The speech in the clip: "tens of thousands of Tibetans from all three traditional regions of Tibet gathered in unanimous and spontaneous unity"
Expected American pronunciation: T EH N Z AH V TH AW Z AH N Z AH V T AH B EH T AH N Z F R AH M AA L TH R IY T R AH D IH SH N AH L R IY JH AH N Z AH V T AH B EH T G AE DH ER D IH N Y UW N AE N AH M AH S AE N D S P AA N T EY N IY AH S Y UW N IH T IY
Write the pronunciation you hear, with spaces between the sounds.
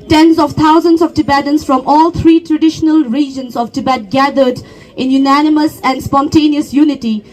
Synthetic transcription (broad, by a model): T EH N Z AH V T AW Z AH N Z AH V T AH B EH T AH N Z F R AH M AA L T R IY T R AH D IH SH N AH L R IY JH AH N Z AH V T AH B EH T G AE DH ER D IH N Y UW N AE N AH M AH S AE N D S P AA N T EY N IY AH S Y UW N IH T IY